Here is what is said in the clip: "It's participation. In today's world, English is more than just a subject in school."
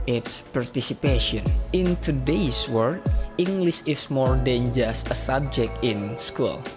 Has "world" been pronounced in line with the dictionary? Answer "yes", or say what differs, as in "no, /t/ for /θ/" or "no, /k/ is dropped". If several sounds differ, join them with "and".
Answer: no, /l/ is dropped